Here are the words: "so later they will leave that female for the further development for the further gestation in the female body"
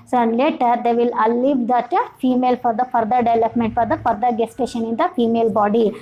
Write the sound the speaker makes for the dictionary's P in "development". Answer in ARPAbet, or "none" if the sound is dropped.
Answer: P